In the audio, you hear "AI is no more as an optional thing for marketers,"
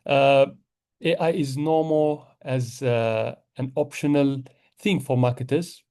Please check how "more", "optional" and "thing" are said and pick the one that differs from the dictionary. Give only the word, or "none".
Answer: more